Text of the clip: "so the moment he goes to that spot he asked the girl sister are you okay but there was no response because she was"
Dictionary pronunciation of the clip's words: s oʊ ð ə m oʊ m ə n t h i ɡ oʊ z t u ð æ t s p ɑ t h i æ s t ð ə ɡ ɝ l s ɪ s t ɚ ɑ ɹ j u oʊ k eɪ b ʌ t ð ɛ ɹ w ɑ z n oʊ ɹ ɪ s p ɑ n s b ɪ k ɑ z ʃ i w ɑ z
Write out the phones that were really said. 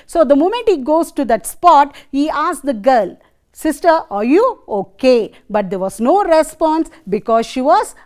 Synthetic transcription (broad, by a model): s oʊ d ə m oʊ m ə n t h i ɡ oʊ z t u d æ t s p ɑ t h i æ s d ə ɡ ɝ l s ɪ s t ɚ ɑ ɹ j u oʊ k eɪ b ʌ t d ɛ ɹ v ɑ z n oʊ ɹ ɪ s p ɑ n s b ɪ k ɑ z ʃ i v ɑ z